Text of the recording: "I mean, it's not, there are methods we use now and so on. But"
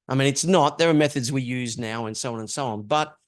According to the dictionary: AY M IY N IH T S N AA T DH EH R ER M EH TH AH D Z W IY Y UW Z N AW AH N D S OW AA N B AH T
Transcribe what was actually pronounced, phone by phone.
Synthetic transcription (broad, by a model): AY M IY N IH T S N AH T DH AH R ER M EH TH AH D Z W IY Y UW Z N AW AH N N S OW AA N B AH T